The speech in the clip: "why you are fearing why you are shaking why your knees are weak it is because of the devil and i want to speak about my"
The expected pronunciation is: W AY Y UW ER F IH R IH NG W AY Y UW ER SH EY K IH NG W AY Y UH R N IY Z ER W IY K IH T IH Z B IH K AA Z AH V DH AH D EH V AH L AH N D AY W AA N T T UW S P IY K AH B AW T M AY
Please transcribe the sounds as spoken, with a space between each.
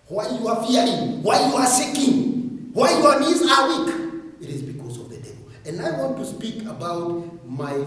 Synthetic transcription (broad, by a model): W AY Y UW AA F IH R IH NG W AY Y UW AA S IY K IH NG W AY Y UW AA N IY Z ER W IY K IH T IH Z B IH K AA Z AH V DH AH D EH V AH L AH N D AY W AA N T T UW S P IY K AH B AW T M AY